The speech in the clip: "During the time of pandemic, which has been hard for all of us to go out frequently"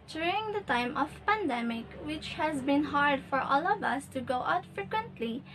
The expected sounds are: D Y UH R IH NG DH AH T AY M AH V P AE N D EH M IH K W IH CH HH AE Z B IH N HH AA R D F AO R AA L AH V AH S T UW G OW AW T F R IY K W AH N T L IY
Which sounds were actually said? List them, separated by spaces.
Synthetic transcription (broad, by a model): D Y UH R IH NG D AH T AY M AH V P AE N D EH M IH K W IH CH HH AE Z B IH N HH AA R D F AO R AA L AH V AH S T UW G OW AW T F R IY K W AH N T L IY